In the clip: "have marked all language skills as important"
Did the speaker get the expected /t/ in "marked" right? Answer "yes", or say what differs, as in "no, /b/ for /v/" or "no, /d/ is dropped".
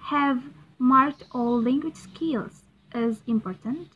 yes